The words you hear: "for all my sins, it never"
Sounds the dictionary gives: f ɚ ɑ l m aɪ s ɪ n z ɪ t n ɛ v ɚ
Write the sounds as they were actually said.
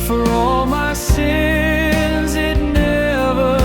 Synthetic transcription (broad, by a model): f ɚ ɑ l m aɪ s ɪ n z ɪ t n ɛ v ɚ